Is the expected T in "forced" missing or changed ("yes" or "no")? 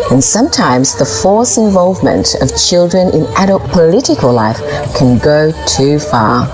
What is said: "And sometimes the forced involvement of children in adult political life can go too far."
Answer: yes